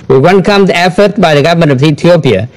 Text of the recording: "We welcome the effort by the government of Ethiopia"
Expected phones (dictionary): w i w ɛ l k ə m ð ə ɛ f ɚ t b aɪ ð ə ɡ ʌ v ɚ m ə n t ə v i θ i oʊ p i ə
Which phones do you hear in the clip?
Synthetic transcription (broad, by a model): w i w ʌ n k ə m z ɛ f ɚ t b aɪ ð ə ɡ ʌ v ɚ m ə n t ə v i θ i oʊ p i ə